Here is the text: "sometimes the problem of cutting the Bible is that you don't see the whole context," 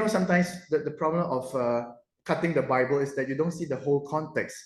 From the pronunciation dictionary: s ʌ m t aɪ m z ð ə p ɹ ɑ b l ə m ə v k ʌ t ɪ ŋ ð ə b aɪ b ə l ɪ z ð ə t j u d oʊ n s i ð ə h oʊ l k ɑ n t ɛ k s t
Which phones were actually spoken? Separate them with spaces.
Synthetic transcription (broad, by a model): s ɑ m t aɪ m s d ə p ɹ ɑ b l ə m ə f k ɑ t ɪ ŋ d ə b aɪ b ə l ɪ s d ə t j u d oʊ n s i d ə h oʊ l k ɑ n t ɛ k s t